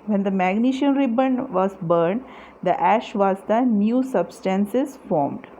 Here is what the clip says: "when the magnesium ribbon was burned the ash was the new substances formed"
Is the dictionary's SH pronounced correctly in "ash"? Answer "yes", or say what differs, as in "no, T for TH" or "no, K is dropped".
yes